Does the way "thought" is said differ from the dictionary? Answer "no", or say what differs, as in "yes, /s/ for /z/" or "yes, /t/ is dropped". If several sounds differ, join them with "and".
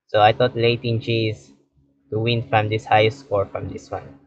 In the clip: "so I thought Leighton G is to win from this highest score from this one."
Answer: yes, /t/ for /θ/